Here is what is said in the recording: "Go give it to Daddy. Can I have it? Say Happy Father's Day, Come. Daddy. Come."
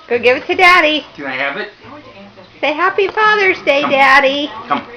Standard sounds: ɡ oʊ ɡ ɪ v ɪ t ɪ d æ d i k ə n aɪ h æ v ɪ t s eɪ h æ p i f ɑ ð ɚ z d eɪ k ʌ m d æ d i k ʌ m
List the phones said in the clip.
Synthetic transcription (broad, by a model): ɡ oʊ ɡ ɪ v ɪ t ɪ d æ d i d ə aɪ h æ v ɪ t s eɪ h æ p i f ɑ ð ɚ z d eɪ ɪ d æ d i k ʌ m